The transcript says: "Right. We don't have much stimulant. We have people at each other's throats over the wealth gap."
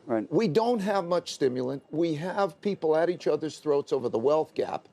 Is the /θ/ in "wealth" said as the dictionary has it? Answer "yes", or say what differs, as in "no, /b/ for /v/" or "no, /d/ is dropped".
yes